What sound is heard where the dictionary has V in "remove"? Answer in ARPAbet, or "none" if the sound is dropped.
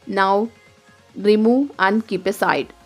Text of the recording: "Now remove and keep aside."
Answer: none